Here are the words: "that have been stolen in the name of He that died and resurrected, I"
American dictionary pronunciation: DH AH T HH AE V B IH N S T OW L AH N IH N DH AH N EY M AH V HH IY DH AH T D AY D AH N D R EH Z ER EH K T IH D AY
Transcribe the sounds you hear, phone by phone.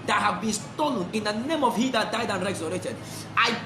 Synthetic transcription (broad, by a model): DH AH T HH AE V B IH N S T OW L AH N IH N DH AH N EY M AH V HH IY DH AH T D AY D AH N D R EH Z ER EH T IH D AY